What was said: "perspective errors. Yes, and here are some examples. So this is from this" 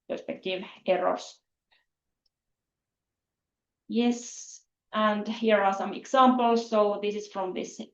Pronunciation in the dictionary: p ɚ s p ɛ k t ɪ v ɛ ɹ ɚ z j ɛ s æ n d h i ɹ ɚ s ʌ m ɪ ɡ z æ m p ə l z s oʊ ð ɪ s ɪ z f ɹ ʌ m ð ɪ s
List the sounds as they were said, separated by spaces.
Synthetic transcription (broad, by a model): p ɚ s p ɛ k t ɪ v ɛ ɹ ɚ s j ɛ s æ n d h i ɹ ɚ s ʌ m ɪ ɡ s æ m p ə l s oʊ ð ɪ s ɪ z f ɹ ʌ m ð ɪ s